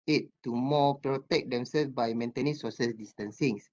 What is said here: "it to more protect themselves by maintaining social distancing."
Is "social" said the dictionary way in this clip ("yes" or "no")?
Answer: no